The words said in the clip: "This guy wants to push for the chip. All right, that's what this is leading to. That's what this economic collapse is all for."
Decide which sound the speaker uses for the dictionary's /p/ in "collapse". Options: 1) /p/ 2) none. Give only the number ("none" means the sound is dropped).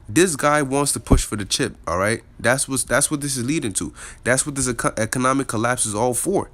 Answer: 1